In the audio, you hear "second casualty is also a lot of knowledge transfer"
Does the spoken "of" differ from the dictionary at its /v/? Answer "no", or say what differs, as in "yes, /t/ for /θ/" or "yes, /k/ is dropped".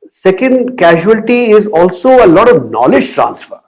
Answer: no